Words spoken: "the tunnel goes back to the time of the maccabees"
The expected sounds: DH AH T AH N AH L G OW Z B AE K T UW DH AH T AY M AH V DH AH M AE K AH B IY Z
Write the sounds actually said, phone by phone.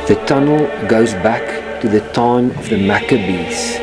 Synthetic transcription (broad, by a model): DH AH T AH N AH L G OW Z B AE K T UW DH AH T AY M AH V DH AH M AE K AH B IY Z